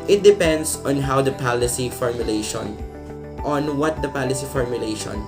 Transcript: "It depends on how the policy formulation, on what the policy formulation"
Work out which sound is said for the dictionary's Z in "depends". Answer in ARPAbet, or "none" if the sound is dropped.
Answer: S